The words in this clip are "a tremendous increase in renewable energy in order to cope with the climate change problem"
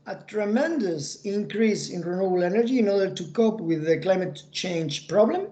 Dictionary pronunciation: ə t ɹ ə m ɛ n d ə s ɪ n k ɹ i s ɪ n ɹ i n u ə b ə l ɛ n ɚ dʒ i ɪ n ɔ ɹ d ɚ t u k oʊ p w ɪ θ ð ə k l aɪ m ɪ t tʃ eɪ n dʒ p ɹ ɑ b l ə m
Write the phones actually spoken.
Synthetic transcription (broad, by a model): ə t ɹ ə m ɛ n d ə s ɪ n k ɹ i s ɪ n ɹ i n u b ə l ɛ n ɚ dʒ i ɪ n ɔ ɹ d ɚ t u k oʊ p w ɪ ð ə k l aɪ m ɪ t tʃ eɪ n dʒ p ɹ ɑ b l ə m